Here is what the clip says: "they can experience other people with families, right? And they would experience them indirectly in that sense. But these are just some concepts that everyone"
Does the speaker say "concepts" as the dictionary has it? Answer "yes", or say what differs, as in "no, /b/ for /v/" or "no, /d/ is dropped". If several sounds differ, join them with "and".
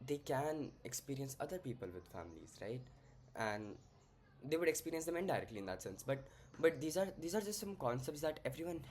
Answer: yes